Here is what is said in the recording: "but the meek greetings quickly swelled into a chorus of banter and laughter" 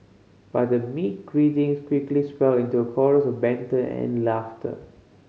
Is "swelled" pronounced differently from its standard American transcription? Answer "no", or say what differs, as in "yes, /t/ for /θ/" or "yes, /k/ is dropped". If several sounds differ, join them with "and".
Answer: yes, /d/ is dropped